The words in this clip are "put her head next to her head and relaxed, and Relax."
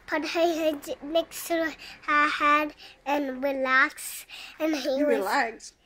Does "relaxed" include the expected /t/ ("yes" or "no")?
no